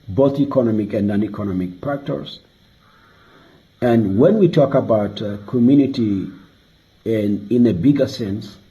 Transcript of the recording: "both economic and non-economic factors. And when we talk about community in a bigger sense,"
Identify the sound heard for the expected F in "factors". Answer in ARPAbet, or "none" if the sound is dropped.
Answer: P